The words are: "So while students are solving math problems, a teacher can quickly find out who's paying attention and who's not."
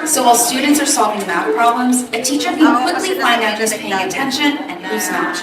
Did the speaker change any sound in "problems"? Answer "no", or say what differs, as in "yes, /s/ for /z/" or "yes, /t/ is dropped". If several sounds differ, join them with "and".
no